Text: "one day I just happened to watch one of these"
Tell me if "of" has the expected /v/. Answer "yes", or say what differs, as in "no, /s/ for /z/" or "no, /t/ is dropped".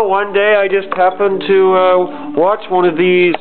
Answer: yes